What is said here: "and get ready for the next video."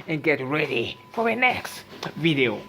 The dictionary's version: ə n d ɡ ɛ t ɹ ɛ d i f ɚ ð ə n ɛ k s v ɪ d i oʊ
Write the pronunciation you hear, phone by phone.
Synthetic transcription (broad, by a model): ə n ɡ ɛ t ɹ ɛ d i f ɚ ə n ɛ k s v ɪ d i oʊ